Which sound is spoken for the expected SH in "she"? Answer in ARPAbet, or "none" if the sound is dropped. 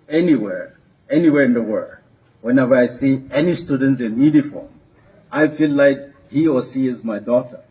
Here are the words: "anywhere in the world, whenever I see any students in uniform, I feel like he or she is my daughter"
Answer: S